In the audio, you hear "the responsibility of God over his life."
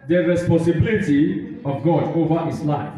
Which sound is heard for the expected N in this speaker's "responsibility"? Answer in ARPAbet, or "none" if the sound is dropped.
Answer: none